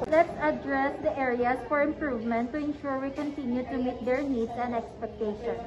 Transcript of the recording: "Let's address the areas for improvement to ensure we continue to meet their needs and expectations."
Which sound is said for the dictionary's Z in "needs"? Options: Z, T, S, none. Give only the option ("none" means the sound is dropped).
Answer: S